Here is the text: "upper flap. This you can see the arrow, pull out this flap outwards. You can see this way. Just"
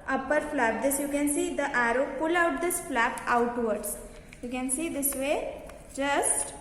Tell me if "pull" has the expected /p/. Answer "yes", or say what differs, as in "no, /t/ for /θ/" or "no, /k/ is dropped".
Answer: yes